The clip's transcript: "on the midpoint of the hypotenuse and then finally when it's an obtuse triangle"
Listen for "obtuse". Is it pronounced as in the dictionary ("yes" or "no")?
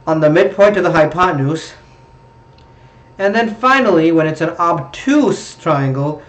yes